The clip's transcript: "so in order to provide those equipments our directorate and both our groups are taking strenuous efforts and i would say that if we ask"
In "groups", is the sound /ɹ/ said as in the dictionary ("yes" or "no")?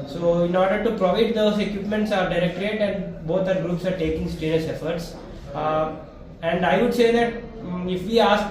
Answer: yes